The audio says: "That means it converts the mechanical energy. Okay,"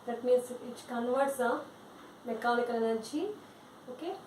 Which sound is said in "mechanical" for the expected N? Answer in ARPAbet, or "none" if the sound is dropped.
L